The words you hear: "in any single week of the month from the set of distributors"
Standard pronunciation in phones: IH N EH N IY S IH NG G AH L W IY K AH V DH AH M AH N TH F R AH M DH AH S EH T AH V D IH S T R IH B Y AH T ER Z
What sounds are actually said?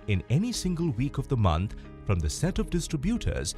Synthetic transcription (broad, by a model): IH N EH N IY S IH NG G AH L W IY K AH V DH AH M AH N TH F R AH M DH AH S EH T AH V D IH S T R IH B Y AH T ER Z